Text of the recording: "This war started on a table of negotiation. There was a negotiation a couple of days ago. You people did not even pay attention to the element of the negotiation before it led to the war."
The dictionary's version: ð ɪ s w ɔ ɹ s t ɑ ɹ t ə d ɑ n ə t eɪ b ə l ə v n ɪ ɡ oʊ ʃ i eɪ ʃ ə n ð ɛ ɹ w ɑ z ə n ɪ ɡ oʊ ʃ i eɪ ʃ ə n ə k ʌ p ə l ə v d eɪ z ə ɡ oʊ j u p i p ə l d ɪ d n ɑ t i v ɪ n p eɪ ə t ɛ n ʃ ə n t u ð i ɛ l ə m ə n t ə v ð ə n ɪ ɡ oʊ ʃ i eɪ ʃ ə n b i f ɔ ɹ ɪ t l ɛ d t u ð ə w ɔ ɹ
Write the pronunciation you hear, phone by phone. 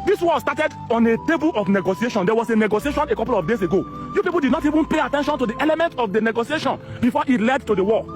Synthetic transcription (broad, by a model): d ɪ s w ɔ s t ɑ t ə d ɑ n ə t eɪ b ə l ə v n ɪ ɡ oʊ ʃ i eɪ ʃ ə n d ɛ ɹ w ɑ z ə n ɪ ɡ oʊ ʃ i eɪ ʃ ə n ə k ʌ p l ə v d eɪ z ə ɡ oʊ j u p i p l d ɪ d n ɑ t i v ɪ n p eɪ ə t ɛ n ʃ ə n t u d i ɛ l ə m ə n t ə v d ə n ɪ ɡ oʊ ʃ i eɪ ʃ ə n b i f ɔ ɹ ɪ t l ɛ d t u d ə w ɔ